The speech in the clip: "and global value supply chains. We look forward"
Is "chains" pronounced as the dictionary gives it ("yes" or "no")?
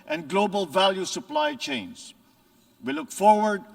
no